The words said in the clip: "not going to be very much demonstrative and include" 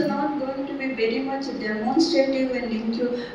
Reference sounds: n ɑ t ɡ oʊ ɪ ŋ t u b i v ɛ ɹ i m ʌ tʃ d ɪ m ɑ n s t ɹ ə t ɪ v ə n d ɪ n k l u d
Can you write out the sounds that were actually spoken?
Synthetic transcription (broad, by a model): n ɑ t ɡ oʊ ɪ ŋ t u b i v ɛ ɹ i m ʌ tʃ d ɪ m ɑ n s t ə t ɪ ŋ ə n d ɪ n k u